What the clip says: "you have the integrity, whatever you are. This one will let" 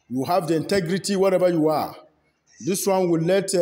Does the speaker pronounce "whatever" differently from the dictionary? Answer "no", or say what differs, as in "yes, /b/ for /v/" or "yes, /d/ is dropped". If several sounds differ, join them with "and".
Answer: yes, /b/ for /v/